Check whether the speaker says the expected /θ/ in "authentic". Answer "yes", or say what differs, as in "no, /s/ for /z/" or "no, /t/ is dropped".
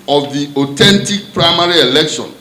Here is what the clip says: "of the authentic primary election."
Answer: no, /t/ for /θ/